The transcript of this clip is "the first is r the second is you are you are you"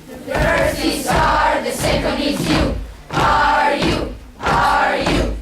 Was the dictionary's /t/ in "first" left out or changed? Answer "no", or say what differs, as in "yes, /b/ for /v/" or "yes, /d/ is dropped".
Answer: yes, /t/ is dropped